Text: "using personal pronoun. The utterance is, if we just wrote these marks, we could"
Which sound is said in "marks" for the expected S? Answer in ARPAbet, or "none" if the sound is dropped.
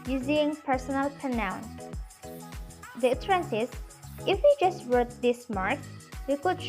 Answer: none